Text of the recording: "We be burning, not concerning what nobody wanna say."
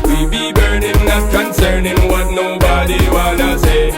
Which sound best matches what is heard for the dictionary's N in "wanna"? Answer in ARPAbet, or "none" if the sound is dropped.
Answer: L